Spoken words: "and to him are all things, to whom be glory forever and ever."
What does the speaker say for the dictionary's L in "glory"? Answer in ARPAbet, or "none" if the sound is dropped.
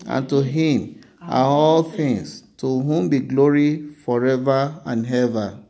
L